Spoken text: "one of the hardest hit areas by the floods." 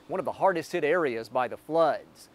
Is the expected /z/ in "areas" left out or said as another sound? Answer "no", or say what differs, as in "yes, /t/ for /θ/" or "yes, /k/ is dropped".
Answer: no